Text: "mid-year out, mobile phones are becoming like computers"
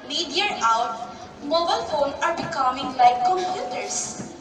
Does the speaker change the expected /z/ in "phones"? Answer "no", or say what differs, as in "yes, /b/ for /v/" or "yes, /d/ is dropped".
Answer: yes, /z/ is dropped